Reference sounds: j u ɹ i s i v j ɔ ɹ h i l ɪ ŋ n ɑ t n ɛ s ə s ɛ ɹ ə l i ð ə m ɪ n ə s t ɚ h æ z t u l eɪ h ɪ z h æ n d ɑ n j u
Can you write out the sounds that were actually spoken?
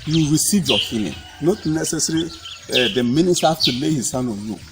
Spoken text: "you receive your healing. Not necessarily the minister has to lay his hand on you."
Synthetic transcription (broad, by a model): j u ɹ i s i v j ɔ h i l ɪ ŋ n ɑ t n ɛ s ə s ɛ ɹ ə i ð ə m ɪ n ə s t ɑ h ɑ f t u l eɪ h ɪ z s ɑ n ɑ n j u